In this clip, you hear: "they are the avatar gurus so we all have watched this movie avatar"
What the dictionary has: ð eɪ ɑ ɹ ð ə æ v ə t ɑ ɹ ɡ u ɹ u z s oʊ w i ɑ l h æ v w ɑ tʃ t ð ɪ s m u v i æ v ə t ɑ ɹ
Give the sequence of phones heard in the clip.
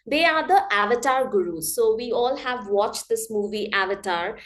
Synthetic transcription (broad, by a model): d eɪ ɑ ɹ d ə æ v ə t ɑ ɹ ɡ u ɹ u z s oʊ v i ɑ l h æ v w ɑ tʃ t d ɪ s m u v i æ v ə t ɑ ɹ